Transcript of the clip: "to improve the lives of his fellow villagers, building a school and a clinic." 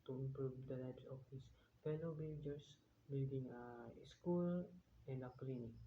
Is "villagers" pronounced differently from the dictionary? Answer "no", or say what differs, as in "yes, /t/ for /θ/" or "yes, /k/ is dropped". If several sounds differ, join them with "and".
yes, /b/ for /v/ and /s/ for /z/